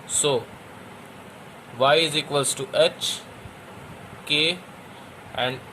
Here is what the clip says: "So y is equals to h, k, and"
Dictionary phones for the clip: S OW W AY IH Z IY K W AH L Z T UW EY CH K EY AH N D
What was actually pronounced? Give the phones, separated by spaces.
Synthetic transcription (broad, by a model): S OW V AY IH Z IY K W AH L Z T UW EY CH K EY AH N D